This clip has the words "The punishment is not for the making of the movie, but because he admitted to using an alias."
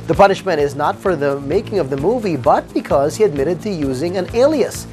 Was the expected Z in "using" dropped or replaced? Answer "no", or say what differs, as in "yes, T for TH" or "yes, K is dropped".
no